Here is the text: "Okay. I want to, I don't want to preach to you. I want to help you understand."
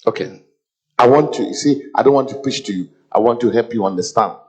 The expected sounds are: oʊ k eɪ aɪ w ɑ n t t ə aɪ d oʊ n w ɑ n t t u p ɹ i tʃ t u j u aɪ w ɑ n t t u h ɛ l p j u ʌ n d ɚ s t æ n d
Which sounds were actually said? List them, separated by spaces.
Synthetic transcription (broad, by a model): oʊ k eɪ aɪ w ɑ n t s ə aɪ d oʊ n w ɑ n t t u p ɹ i tʃ t u j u aɪ w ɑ n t t u h ɛ l p j u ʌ n d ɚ s t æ n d